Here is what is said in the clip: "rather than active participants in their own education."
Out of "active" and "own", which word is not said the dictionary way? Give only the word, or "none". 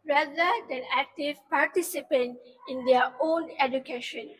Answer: none